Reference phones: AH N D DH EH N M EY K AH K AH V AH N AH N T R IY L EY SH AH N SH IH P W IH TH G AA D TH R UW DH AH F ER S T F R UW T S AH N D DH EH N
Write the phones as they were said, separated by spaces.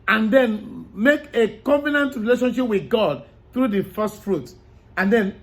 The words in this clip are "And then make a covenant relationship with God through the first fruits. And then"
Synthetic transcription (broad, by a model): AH N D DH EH N M EY K AH K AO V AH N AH N T R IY L EY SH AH N SH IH P W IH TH G AA D TH R UW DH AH F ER S T F R UW T AH N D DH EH N